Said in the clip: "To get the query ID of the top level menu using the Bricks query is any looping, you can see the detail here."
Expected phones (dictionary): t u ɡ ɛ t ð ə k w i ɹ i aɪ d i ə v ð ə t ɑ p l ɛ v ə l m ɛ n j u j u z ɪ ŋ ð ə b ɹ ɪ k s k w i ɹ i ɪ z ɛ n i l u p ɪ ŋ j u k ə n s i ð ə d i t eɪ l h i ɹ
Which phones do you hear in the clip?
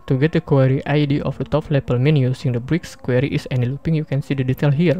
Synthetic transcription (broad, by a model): t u ɡ ɛ t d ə k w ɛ ɹ i aɪ d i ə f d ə t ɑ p l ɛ p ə l m ɛ n j u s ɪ ŋ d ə b ɹ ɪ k s k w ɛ ɹ i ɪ s ɛ n i l u p ɪ ŋ j u k ə n s i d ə d i t eɪ l h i ɹ